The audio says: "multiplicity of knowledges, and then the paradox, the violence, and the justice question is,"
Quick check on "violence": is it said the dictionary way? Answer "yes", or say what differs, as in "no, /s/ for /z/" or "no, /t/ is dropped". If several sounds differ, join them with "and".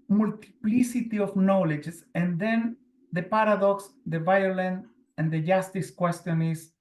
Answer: no, /s/ is dropped